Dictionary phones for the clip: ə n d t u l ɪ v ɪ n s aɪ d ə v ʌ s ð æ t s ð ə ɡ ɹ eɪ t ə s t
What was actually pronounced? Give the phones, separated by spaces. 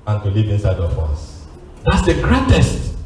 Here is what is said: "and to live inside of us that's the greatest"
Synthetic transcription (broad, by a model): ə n t u l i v ɪ n s aɪ d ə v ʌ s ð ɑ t s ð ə ɡ ɹ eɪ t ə s t